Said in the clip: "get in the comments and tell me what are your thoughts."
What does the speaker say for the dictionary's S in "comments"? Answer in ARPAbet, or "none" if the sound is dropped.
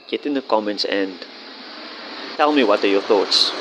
S